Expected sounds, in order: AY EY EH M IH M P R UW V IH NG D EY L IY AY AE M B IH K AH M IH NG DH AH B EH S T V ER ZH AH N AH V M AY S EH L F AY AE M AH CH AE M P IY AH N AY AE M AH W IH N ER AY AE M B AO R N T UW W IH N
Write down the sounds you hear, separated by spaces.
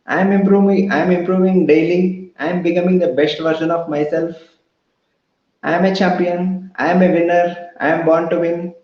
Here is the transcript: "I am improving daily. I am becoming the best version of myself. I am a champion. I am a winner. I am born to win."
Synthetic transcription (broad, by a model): AY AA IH M IH M P R UW V IH NG D EY L IY AY M B IH K AH M IH NG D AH B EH S T V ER SH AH N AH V M AY S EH L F AY M AH CH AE M P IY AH N AY M AH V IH N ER AY M B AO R N T UW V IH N